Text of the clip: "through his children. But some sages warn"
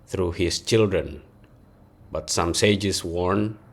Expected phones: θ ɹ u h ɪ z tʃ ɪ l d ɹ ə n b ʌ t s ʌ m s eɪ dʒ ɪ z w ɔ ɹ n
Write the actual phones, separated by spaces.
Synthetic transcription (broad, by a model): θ ɹ u h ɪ s tʃ ɪ l d ɹ ə n b ʌ t s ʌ m s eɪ dʒ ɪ s w ɔ ɹ n